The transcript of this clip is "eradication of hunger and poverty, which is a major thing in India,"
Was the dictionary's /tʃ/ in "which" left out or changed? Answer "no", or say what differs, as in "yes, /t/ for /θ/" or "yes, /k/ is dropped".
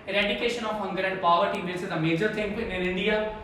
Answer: yes, /s/ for /tʃ/